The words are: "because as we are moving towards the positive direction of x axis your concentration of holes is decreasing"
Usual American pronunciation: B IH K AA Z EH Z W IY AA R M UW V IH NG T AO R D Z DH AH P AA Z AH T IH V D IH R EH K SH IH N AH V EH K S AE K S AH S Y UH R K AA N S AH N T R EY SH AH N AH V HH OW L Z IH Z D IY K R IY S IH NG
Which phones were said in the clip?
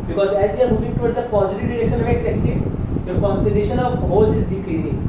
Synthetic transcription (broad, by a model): B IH K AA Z EH Z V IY AA R M UW V IH NG T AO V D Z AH P AA Z AH T IH V D IH R EH K SH IH N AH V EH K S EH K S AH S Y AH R K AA N S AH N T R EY SH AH N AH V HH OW Z IH Z D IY K R IY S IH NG